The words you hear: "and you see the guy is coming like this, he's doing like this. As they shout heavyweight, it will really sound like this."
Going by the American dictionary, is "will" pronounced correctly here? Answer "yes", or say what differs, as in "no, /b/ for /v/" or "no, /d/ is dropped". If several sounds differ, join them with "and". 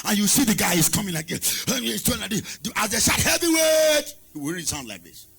no, /w/ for /l/